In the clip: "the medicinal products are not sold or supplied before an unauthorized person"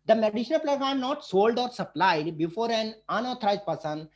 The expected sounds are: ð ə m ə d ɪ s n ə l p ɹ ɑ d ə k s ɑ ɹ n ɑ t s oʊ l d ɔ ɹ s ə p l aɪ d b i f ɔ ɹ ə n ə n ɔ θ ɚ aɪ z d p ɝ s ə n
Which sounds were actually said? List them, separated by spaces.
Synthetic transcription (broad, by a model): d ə m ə d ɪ ʃ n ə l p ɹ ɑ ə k ɑ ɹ n ɑ t s oʊ l d ɔ ɹ s ə p l aɪ d b i f ɔ ɹ ə n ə n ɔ t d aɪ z p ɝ s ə n